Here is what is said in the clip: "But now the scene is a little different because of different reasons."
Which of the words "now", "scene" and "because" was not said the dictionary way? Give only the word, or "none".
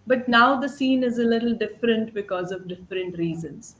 none